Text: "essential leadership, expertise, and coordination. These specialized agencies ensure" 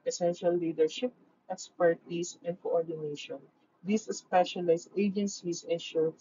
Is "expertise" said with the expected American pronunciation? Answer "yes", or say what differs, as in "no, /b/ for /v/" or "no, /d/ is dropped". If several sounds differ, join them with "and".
no, /s/ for /z/